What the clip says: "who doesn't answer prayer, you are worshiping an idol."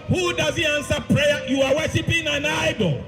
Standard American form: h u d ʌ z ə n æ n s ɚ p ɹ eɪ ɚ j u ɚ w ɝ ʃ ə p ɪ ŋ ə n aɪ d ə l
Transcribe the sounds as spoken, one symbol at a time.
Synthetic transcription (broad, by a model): h u d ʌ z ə æ n s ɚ p ɹ eɪ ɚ j u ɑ w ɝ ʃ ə p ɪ ŋ ə n aɪ d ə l